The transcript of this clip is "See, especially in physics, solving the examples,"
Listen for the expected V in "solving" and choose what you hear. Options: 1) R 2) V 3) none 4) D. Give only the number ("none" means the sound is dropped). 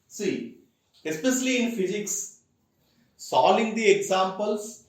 3